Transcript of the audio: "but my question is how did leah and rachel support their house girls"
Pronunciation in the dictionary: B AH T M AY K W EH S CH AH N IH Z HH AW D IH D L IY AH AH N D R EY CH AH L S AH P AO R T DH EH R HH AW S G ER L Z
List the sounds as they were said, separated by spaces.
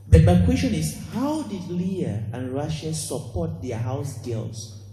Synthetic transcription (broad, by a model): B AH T M AY K W EH S CH AH N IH S HH AW D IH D L IY AH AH N R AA SH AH S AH P AO T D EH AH HH AW S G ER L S